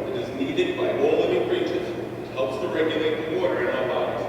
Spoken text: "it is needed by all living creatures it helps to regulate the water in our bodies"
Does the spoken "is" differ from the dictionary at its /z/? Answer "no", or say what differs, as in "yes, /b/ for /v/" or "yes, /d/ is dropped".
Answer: no